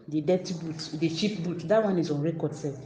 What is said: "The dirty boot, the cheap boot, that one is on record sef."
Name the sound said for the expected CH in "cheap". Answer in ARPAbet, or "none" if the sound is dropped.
SH